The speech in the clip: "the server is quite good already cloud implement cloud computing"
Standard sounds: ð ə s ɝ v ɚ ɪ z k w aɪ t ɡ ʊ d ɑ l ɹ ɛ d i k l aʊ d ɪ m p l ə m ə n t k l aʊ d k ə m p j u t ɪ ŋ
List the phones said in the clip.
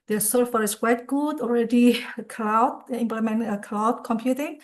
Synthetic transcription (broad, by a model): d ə s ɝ f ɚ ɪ s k w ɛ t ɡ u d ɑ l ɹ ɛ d i k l aʊ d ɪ m p l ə m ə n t k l aʊ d k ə m p j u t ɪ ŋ